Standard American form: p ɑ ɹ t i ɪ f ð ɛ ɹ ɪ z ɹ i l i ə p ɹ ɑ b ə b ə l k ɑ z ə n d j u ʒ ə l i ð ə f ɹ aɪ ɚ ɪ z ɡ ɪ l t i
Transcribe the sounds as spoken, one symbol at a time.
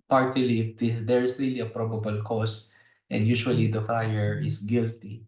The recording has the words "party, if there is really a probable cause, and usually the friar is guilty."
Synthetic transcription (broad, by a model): p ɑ ɹ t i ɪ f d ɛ ɹ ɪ s ɹ i l i ə p ɹ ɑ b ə b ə l k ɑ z ə n d j u ʃ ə l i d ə f ɹ aɪ ɚ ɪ s ɡ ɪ l t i